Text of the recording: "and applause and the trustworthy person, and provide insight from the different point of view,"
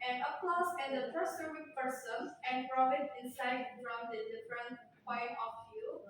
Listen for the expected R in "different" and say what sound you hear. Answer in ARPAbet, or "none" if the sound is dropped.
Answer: R